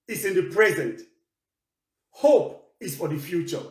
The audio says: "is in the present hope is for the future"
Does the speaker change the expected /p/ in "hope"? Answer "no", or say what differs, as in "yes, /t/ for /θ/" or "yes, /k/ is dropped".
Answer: no